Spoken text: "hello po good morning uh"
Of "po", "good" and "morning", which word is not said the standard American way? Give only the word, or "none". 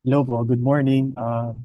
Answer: po